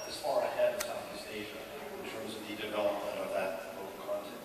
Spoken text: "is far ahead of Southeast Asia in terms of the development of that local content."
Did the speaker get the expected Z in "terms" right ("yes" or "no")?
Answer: yes